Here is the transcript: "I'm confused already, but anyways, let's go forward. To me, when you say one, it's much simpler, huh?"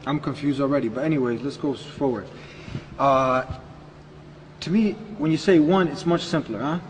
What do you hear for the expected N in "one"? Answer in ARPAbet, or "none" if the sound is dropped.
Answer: N